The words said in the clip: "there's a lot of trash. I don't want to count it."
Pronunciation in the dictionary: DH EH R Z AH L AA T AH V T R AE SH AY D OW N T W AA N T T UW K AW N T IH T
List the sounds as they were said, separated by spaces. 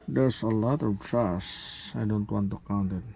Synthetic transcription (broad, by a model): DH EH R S AH L AA T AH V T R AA S AY D OW N T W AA N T T UW K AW N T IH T